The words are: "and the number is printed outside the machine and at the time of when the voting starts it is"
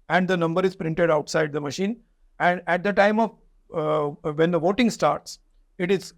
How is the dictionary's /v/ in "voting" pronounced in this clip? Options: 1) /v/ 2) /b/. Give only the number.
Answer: 1